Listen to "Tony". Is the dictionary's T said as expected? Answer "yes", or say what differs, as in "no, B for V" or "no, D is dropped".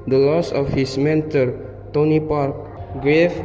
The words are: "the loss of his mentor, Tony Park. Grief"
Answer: yes